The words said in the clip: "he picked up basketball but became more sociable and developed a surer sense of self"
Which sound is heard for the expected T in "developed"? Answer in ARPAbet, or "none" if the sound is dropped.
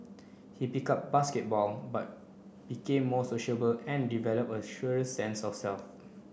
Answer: none